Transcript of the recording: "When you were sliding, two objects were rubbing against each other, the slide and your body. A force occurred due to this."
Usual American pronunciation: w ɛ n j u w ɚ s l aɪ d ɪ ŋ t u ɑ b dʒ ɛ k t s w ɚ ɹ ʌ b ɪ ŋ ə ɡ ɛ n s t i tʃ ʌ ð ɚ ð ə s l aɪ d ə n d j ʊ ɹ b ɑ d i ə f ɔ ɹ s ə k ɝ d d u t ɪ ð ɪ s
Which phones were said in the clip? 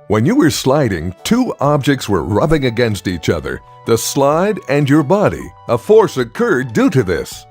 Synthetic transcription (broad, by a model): w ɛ n j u w ɚ s l aɪ d ɪ ŋ t u ɑ b dʒ ɛ k t s w ɚ ɹ ʌ b ɪ ŋ ə ɡ ɛ n s t i tʃ ʌ ð ɚ ð ə s l aɪ d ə n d j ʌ ɹ b ɑ d i ə f ɔ ɹ s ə k ɝ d d u t ɪ ð ɪ s